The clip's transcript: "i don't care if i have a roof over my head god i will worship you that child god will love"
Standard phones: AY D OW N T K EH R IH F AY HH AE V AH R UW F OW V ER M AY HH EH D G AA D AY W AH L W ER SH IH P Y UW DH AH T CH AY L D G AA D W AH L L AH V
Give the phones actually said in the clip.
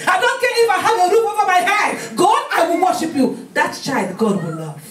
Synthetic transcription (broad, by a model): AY D OW N T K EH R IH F AY HH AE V AH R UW P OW F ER M AY HH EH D G AA D AY W AH L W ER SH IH P Y UW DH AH T CH AY L D G AA D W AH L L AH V